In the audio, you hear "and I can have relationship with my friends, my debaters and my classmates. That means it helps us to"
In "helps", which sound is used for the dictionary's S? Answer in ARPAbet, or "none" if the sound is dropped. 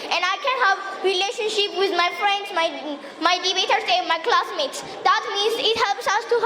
S